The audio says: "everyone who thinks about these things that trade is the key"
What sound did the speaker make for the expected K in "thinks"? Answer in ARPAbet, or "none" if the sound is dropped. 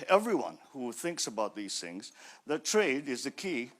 K